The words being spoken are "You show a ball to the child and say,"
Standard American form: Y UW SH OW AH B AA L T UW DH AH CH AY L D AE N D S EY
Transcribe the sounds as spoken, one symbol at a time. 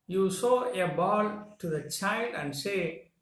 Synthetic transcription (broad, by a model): Y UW S OW AH B AA L T UW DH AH CH AY L D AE N D S EY